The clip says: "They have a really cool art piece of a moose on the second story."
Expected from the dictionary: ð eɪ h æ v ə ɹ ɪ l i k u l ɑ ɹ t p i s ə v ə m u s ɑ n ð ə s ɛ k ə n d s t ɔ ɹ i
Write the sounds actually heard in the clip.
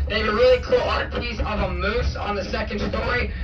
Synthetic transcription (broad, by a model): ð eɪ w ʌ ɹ ɹ ɪ l i k u l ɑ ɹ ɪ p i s ə v ə m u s n ð ə s ɛ k ə n d s t ɔ ɹ i